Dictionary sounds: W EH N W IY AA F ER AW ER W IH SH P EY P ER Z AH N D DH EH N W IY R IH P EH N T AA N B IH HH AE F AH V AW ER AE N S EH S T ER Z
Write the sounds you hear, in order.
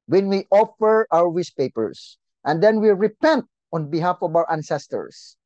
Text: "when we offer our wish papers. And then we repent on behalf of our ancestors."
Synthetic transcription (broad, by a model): W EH N W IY AA F ER AW ER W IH S P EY P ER S AH N D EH N W IY R IH P EH N T AA N B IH HH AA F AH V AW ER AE N S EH S T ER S